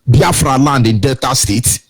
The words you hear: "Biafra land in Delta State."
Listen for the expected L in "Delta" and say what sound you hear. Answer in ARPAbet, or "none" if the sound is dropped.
none